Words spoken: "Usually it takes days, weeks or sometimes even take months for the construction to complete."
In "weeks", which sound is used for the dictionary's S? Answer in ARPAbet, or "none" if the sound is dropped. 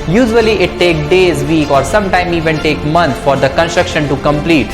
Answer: none